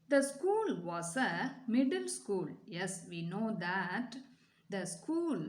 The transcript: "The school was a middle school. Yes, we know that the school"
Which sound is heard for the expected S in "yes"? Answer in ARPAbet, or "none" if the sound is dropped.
S